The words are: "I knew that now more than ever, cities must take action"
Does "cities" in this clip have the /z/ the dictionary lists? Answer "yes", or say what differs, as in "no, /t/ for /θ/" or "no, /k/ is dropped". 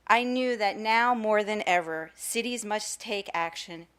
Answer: yes